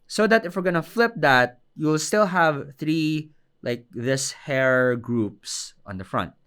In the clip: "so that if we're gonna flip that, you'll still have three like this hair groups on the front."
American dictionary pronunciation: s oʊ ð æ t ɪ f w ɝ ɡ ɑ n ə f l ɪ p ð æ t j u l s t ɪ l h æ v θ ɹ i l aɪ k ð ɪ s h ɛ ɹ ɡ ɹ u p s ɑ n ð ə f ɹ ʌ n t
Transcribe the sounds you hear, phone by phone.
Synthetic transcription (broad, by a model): s oʊ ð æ t ɪ f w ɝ ɡ ɑ n ə f l ɪ p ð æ t j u l s t ɪ l h æ v θ ɹ i l aɪ k ð ɪ s h ɛ ɹ ɡ ɹ u p s ɑ n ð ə f ɹ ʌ n t